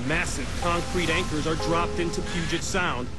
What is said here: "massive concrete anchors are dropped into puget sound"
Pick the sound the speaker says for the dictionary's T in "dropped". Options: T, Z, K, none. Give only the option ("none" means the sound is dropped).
T